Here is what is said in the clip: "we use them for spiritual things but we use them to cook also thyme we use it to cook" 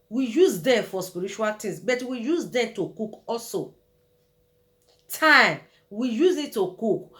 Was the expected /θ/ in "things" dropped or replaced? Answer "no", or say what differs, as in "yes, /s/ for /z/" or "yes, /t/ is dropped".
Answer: yes, /t/ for /θ/